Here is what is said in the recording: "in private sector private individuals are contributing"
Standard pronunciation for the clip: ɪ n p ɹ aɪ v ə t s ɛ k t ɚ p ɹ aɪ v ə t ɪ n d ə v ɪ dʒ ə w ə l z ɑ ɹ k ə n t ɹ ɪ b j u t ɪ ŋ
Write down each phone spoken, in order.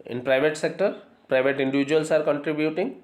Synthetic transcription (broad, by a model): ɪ n p ɹ aɪ v ə t s ɛ k t ɚ p ɹ aɪ v ə t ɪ n d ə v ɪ dʒ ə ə l s ɑ ɹ k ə n t ɹ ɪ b j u t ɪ ŋ